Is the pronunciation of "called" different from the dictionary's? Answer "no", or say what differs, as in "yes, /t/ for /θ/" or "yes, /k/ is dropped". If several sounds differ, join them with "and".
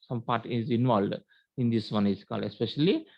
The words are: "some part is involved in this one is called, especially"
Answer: yes, /d/ is dropped